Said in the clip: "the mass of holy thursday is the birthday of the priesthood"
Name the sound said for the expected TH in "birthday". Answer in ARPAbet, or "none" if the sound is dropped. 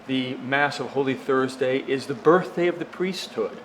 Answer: TH